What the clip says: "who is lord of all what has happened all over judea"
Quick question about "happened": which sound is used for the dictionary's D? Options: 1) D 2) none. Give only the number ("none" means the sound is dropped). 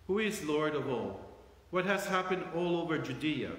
1